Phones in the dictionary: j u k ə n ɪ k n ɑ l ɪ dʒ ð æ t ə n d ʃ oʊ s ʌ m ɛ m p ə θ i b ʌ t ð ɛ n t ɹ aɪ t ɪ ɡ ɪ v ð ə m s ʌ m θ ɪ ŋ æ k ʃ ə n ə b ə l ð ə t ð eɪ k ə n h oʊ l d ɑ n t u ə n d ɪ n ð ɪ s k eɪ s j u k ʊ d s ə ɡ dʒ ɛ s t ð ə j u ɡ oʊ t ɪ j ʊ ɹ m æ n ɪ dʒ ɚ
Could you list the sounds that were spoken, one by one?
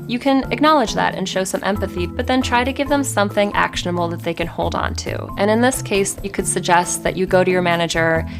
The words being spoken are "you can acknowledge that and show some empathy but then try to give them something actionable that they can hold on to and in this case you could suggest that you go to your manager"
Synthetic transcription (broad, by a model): j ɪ k ə n ɪ k n ɑ l ɪ dʒ ð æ t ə n ʃ oʊ s ʌ m ɛ m p ə θ i b ʌ t ð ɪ n t ɹ aɪ t ɪ ɡ ɪ v ð ə m s ʌ m θ ɪ ŋ æ k ʃ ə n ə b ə l ð ə t ð eɪ k ə n h oʊ l d n t u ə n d ɪ n ð ɪ s k eɪ s j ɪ k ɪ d s ə ɡ dʒ ɛ s t ð ə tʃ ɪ ɡ oʊ t ɪ j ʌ ɹ m æ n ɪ dʒ ɚ